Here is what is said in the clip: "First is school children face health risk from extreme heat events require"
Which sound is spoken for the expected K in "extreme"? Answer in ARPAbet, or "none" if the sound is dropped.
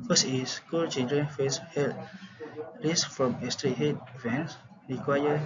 none